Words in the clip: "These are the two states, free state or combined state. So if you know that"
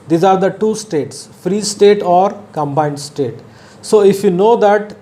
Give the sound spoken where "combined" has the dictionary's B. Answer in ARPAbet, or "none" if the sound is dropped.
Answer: B